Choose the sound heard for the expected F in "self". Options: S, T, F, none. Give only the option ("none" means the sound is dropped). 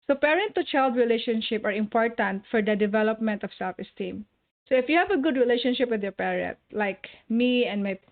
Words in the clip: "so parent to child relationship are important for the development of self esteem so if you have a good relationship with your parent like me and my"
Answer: F